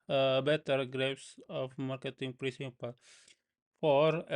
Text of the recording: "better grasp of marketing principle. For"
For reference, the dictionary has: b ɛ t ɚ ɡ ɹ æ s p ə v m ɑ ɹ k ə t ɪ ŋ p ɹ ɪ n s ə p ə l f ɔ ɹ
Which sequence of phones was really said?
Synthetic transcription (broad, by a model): b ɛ t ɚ ɡ ɹ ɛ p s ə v m ɑ ɹ k ə t ɪ ŋ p ɹ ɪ s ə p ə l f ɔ ɹ